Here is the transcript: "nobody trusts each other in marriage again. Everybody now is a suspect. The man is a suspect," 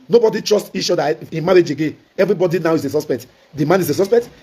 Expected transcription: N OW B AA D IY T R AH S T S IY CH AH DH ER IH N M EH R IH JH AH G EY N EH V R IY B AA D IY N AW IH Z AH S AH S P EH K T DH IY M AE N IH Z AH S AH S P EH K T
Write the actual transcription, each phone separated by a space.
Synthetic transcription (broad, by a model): N OW B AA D IY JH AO S T IY SH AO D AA IH N M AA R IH JH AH G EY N EH V R IY B AA D IY N AW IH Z AH S AH S P EH K T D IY M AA N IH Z AH S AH S P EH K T